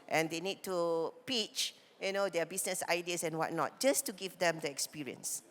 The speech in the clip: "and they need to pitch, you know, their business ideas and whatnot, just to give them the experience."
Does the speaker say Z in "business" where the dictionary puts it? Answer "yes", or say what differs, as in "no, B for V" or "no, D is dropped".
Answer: no, S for Z